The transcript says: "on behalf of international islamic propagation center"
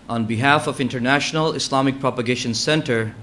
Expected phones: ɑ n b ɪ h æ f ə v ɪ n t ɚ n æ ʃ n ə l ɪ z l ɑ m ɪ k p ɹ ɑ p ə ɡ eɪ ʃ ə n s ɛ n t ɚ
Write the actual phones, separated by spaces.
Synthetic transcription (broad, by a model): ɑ n b ɪ h æ f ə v ɪ n t ɚ n æ ʃ n ə l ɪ s l ɑ m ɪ k p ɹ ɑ p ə ɡ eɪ ʃ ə n s ɛ n t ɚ